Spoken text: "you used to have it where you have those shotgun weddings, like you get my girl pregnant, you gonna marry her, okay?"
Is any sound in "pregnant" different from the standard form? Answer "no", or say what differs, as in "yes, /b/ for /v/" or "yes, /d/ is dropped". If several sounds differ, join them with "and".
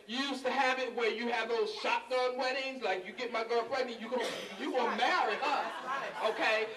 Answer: yes, /f/ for /p/